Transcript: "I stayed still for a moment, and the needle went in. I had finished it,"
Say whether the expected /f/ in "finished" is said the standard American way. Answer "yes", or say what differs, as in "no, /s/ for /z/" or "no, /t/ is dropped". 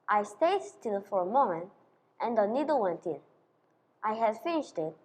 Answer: yes